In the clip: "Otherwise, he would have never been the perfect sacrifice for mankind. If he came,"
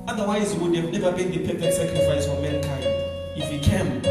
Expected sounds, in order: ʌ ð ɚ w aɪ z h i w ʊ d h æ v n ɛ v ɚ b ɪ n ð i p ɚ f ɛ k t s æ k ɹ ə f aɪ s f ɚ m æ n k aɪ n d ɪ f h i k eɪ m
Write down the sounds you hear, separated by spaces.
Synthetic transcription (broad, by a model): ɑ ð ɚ w aɪ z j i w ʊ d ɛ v n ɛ v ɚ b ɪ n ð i p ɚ p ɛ t s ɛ k ɹ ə f aɪ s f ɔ m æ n k aɪ n d ɪ f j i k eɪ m